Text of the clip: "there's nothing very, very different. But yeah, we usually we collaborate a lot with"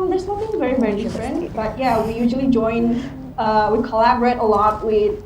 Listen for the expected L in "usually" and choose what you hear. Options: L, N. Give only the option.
N